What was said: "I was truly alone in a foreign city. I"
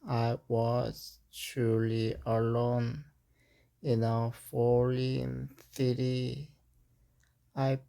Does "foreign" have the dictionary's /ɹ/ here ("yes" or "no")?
no